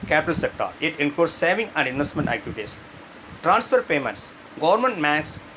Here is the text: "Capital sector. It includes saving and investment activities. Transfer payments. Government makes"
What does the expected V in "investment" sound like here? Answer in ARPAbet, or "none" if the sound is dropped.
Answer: V